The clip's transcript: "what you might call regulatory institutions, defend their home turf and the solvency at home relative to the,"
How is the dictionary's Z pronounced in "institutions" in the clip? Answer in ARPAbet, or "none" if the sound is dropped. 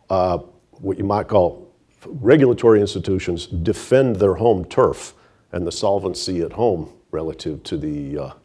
Z